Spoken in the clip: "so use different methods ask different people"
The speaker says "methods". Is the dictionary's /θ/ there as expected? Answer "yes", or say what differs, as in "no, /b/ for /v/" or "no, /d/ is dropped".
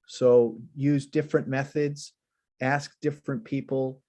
yes